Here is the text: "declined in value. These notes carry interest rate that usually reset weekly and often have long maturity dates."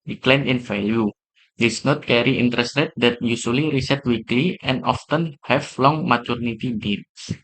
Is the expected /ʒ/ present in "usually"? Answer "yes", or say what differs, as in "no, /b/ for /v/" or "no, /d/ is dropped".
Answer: no, /s/ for /ʒ/